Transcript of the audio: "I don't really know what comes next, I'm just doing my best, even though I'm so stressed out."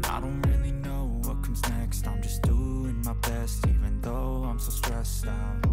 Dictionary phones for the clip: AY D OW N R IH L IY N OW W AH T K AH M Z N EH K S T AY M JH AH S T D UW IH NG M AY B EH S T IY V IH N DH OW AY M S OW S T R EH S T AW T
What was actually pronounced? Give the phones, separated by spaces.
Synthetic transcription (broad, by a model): AY D OW N R IH L IY N OW W AH T K AH M Z N EH K S T AY M JH AH S D UW IH NG M AY B EH S T IY V IH N DH OW AY M S OW S T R EH S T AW